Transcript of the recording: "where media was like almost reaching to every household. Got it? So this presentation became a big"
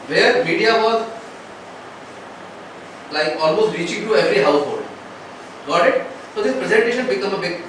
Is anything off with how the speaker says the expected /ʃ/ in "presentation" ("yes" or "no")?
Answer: no